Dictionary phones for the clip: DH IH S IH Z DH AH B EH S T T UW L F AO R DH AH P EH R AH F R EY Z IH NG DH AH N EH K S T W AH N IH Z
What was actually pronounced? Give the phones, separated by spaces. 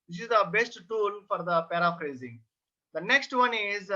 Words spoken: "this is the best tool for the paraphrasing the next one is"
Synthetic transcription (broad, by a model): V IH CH IH Z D AH B EH S T T UW L F AO R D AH P EH R AH F R EY Z IH NG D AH N EH K S T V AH N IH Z